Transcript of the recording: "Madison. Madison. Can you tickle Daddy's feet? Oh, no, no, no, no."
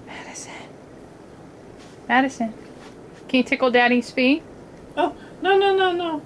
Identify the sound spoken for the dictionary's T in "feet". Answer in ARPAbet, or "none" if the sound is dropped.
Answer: none